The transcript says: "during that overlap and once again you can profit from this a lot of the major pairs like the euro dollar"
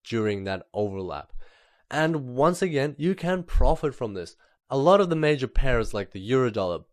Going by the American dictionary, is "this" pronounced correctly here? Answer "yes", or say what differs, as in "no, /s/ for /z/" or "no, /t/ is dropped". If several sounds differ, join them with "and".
yes